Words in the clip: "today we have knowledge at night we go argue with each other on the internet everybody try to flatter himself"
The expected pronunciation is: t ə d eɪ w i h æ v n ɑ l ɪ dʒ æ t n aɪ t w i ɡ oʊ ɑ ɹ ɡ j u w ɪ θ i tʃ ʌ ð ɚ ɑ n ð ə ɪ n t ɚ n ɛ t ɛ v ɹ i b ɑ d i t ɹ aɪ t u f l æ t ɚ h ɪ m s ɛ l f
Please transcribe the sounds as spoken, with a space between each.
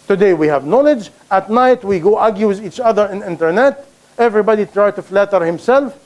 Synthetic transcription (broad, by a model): t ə d eɪ w i h æ v n ɑ l ɪ dʒ æ t n aɪ t w i ɡ oʊ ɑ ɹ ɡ j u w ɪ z i tʃ ʌ ð ɚ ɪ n ɪ n t ɚ n ɛ t ɛ v ɹ i b ɑ d i t ɹ aɪ t u f l æ t ɚ h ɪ m s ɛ l f